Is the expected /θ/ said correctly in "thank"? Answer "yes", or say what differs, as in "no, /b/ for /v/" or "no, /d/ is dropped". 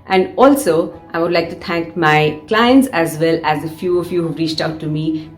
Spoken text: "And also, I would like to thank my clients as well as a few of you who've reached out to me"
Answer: no, /t/ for /θ/